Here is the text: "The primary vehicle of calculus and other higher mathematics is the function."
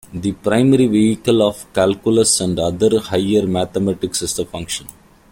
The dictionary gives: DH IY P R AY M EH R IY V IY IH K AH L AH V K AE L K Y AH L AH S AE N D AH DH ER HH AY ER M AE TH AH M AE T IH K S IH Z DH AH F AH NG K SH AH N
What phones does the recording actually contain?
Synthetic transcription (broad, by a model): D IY P R AY M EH R IY V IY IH K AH L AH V K AE L K Y AH L AH S AE N D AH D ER HH AY ER M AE T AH M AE T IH K S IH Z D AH F AH NG K SH AH N